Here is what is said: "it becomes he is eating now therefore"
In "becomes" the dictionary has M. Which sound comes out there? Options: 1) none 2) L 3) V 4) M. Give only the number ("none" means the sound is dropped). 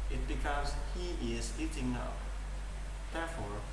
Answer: 1